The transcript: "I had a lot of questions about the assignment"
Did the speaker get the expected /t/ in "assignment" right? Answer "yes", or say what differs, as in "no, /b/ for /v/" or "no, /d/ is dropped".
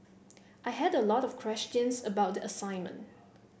yes